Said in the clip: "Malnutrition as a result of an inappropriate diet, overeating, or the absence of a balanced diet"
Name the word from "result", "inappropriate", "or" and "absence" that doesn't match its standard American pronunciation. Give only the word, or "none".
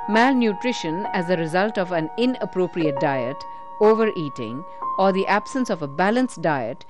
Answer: none